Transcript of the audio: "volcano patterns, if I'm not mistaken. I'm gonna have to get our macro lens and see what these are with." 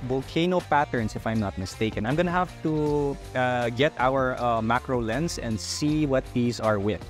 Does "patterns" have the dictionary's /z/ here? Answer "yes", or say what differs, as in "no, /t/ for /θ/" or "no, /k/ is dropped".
no, /s/ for /z/